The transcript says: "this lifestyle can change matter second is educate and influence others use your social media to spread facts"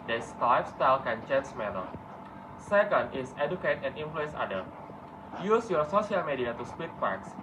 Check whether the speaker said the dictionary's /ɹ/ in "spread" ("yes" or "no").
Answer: no